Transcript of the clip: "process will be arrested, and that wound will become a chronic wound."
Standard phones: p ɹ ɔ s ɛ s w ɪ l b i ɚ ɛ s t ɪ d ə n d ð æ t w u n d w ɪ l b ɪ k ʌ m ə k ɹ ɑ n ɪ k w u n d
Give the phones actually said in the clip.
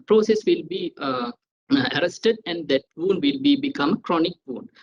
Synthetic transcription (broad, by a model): p ɹ ɔ s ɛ s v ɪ l b i ɚ ɛ s t ɪ d ə n d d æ t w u n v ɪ l b ɪ k ʌ m ə k ɹ ɑ n ɪ k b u n